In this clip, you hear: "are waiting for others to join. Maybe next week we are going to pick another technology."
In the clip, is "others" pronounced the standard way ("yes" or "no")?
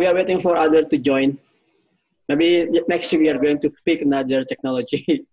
no